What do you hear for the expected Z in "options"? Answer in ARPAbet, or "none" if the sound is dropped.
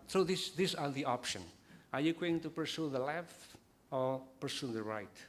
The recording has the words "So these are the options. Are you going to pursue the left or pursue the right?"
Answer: none